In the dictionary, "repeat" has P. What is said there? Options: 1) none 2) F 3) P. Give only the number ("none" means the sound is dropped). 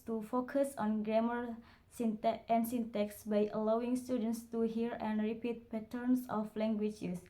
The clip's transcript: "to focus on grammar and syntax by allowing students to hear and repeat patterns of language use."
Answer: 3